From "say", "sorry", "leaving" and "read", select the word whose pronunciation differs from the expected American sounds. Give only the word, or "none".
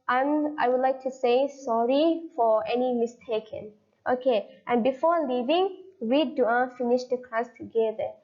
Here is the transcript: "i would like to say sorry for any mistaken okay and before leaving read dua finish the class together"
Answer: read